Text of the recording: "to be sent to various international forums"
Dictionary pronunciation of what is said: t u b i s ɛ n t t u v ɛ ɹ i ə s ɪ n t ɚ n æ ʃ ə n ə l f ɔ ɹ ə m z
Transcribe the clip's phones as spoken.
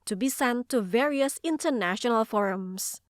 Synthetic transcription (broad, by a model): t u b i s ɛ n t t u v ɛ ɹ i ə s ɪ n t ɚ n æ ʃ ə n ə l f ɔ ɹ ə m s